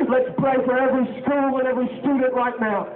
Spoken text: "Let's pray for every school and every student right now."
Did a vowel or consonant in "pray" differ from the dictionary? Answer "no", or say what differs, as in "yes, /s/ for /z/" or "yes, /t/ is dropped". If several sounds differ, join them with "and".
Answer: yes, /l/ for /ɹ/